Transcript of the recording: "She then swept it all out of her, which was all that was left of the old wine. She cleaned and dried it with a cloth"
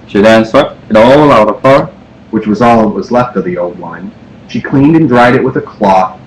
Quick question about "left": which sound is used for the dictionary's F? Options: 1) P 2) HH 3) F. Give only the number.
3